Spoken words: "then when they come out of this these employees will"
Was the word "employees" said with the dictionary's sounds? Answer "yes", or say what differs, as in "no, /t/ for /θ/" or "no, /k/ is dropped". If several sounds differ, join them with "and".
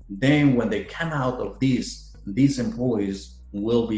yes